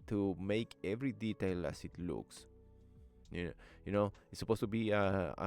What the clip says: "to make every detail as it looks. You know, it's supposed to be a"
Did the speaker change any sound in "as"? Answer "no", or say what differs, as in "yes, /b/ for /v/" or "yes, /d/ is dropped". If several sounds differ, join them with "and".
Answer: yes, /s/ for /z/